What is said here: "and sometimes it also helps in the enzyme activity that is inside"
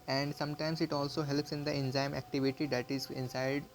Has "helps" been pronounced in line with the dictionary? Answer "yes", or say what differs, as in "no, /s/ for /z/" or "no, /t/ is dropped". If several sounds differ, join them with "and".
yes